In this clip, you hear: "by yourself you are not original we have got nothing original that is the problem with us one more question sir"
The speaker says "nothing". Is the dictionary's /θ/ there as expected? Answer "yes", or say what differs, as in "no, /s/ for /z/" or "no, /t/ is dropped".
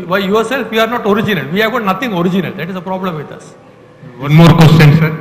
no, /t/ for /θ/